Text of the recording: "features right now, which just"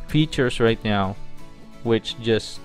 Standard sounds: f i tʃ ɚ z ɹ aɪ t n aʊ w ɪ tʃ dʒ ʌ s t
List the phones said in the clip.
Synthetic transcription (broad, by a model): f i tʃ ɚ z ɹ aɪ t n aʊ w ɪ tʃ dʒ ʌ s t